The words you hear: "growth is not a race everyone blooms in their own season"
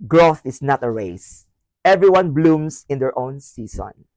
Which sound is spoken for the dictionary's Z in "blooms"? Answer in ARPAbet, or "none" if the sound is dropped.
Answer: S